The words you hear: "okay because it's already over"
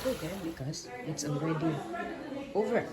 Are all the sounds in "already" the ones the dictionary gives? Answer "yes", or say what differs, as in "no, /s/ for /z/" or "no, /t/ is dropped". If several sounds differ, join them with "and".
no, /n/ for /l/